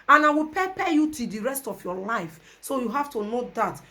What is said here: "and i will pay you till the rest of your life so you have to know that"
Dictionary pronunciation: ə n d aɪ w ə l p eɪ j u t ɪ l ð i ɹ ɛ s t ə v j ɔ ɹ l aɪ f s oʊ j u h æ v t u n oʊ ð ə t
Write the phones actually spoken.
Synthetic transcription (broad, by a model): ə n aɪ w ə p p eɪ j u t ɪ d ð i ɹ ɛ s t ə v j ɔ l aɪ f s oʊ j u h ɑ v t u n oʊ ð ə t